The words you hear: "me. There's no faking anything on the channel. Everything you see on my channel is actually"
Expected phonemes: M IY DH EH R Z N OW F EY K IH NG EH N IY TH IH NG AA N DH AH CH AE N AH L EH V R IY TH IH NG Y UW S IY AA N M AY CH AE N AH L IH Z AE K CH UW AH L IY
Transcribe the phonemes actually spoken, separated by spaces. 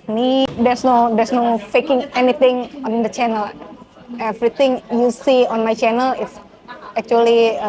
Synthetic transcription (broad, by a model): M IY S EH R S N OW F EY K IH NG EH N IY T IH NG AA N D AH CH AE N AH L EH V R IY T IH NG Y UW S IY AA N M AY CH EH N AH L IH S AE K CH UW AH L IY